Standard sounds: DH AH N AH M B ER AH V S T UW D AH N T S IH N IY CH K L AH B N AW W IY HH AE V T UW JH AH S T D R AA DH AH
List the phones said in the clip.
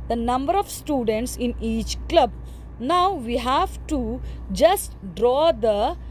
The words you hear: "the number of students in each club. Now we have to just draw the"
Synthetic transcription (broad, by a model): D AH N AH M B ER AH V S T UW D AH N T S IH N IY CH K L AH B N AW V IY HH AE V T UW JH AH S T D R AA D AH